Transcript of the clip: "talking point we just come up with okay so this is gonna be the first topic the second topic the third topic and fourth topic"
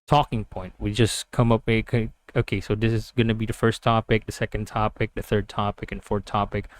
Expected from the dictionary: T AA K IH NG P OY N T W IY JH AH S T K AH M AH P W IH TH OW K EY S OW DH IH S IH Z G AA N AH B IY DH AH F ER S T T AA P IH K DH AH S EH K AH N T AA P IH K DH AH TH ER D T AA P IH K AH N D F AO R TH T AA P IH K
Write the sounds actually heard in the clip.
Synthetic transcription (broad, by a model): T AA K IH NG P OY N T W IY JH AH S K AH M AH P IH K OW K EY S OW DH IH S IH Z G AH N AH B IY DH AH F ER S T T AA P IH K DH AH S EH K AH N T AA P IH K DH AH TH ER D T AA P IH K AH N F AO R TH T AA P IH K